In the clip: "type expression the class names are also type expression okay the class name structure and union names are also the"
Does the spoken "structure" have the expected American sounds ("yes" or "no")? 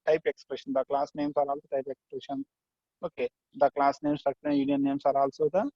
no